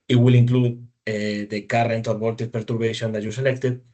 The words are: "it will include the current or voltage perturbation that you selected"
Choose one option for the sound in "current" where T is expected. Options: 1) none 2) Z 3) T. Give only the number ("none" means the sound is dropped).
3